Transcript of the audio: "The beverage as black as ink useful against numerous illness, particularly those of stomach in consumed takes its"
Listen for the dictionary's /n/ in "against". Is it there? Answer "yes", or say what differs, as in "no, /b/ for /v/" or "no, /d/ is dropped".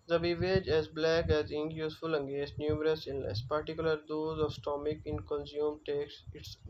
no, /n/ is dropped